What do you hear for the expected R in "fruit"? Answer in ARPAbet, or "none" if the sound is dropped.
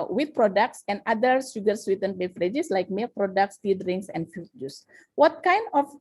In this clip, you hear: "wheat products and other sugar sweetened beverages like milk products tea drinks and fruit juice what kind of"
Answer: none